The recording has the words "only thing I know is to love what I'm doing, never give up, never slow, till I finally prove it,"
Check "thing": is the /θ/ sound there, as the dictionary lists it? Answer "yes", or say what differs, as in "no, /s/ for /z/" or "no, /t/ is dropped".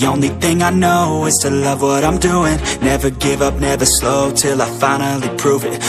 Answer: yes